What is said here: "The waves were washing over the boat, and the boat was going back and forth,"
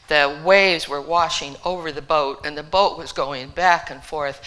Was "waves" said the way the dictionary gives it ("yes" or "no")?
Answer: yes